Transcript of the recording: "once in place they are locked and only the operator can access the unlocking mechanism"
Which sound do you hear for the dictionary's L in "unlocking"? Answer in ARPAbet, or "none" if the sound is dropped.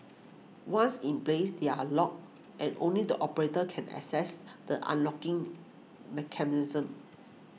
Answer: L